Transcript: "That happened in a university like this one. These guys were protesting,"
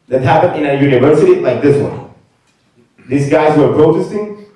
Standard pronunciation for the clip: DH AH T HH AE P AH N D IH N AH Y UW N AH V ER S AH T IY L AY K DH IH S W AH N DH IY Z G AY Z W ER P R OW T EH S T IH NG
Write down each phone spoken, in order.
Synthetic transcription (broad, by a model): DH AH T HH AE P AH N IH N AH Y UW N AH V ER S AH T IY L AY K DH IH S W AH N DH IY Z G AY Z W ER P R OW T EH S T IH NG